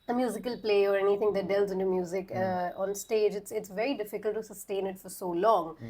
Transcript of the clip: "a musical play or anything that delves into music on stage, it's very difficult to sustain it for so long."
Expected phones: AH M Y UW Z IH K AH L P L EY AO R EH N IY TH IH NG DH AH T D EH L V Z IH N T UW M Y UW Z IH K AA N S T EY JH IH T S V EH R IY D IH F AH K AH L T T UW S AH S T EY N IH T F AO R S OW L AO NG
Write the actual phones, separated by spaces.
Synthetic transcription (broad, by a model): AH M Y UW Z IH K AH L P L EY AO R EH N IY T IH NG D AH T D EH L Z IH N T UW M Y UW Z IH K AA N S T EY JH IH T S V EH R IY D IH F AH K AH L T T UW S AH S T EY N IH T F AO R S OW L AO NG